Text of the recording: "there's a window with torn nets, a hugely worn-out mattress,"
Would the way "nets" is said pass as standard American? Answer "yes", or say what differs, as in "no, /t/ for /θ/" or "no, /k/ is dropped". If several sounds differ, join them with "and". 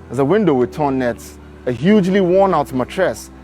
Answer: no, /s/ is dropped